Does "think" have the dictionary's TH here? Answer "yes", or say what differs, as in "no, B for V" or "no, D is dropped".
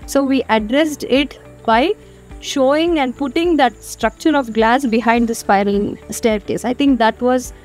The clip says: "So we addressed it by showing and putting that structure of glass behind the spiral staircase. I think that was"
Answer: no, T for TH